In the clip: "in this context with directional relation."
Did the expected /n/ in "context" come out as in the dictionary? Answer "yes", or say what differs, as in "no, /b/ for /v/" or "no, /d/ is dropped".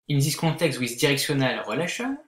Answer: no, /n/ is dropped